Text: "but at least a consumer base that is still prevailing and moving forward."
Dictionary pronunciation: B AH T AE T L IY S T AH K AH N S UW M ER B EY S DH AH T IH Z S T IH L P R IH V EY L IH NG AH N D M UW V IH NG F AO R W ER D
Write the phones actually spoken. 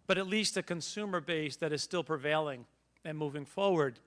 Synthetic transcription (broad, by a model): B AH T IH T L IY S T AH K AH N S UW M ER B EY S DH AH T IH Z S T IH L P R IH V EY L IH NG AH N M UW V IH NG F AO R W ER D